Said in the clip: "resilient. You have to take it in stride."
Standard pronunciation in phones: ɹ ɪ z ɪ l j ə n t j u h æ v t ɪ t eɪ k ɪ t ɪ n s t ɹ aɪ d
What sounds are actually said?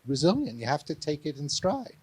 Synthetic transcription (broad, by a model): ɹ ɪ z ɪ l j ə n j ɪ h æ f t ɪ t eɪ k ɪ t ɪ n s t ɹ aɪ